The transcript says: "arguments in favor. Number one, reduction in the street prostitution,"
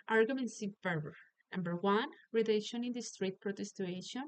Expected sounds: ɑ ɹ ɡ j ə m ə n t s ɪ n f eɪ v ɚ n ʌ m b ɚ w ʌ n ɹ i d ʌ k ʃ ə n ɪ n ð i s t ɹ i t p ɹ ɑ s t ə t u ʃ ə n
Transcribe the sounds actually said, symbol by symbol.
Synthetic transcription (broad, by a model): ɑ ɹ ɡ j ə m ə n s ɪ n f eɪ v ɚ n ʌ m b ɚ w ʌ n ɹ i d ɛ ʃ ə n ɪ n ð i s t ɹ i t p ɹ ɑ t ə t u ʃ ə n